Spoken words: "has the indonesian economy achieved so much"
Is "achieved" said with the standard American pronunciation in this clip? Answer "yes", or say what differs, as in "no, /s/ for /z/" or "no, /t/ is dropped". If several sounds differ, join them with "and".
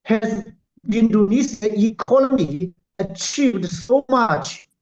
yes